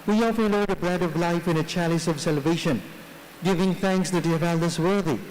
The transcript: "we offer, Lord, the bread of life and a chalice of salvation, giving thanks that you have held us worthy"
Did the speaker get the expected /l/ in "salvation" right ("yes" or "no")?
yes